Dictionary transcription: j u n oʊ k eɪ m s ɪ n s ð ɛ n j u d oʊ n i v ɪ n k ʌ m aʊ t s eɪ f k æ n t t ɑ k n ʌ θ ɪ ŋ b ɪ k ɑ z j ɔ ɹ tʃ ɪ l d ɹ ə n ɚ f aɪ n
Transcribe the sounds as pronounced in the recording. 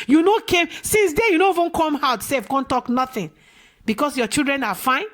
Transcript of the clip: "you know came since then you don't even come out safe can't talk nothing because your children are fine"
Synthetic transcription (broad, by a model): j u n oʊ k eɪ m s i n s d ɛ j u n oʊ i v ɪ n k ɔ m aʊ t s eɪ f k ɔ n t t ɑ k n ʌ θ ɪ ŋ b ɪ k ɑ s j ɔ tʃ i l d ɹ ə n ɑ f aɪ n